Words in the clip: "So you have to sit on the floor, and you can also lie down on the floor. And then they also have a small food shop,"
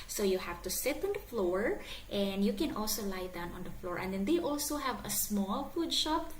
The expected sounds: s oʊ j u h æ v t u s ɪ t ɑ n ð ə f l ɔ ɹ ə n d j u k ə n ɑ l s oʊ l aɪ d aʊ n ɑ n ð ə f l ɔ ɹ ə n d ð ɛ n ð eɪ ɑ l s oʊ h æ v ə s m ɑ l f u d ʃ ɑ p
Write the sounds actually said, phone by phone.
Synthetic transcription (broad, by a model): s oʊ j u h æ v t u s ɪ t ɑ n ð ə f l ɔ ɹ ə n d j u k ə n ɑ l s oʊ l aɪ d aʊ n ɑ n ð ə f l ɔ ɹ ə n d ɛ n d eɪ ɑ l s oʊ h æ v ə s m ɑ l f u d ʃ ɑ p